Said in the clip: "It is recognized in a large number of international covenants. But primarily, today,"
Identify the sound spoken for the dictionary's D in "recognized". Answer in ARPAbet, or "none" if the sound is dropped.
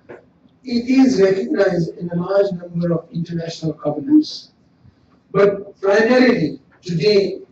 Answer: D